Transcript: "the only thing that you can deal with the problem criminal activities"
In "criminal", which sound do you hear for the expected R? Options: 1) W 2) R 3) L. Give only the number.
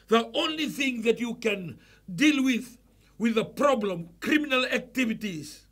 2